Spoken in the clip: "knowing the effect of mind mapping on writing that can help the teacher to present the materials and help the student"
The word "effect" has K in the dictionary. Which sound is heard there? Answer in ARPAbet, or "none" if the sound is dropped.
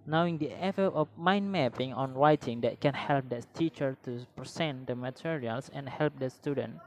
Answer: none